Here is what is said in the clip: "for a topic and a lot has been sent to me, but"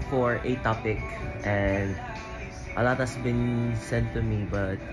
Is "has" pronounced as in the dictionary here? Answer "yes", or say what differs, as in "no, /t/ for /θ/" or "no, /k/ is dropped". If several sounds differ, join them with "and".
no, /s/ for /z/